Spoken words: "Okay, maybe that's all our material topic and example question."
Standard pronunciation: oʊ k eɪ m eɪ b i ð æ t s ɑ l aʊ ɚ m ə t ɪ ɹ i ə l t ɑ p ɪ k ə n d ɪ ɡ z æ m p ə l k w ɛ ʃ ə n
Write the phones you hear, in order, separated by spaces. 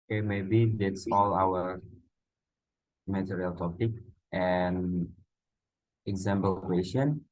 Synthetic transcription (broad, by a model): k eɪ m eɪ b i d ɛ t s ɑ l aʊ ɚ m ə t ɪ ɹ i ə l t ɑ p ɪ k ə n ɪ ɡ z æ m b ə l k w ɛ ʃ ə n